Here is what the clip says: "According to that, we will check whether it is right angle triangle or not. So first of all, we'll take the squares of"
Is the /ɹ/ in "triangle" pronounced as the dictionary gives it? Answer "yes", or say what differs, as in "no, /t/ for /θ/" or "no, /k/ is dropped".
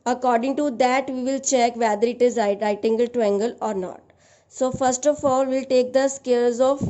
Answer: no, /ɹ/ is dropped